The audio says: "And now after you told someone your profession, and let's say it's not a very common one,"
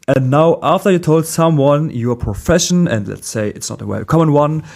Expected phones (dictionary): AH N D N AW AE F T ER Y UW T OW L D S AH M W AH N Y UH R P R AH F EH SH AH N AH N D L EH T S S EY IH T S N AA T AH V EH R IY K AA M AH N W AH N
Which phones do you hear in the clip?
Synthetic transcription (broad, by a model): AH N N AW AE F T ER Y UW T OW L D S AH M W AH N Y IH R P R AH F EH SH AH N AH N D L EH T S S EY IH T S N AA T AH W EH IY K AA M AH N W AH N